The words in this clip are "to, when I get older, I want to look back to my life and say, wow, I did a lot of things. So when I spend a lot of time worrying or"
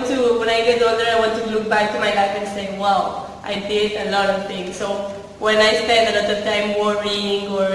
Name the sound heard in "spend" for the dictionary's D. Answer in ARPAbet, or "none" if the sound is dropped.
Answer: D